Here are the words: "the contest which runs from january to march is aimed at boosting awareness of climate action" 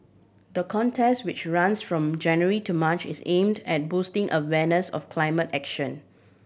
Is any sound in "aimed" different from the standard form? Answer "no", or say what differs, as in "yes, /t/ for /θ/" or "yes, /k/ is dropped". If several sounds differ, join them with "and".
no